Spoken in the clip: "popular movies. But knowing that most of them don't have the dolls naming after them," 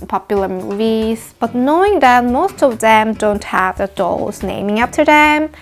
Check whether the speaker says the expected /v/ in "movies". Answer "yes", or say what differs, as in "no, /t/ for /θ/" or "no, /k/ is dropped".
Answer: yes